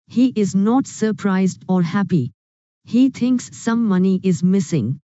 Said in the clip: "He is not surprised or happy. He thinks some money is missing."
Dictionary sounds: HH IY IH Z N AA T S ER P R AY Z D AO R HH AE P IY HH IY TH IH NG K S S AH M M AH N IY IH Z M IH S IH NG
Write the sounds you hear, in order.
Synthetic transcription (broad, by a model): HH IY IH Z N AA T S ER P R AY Z D AO R HH AE P IY HH IY T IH NG K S S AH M M AH N IY IH Z M IH S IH NG